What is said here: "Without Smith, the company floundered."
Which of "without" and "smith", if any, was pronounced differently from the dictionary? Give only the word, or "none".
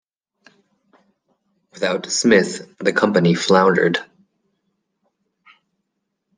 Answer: none